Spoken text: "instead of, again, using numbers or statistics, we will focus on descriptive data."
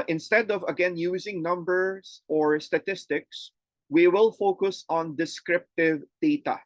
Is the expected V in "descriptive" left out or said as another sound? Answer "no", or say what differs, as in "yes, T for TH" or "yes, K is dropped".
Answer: no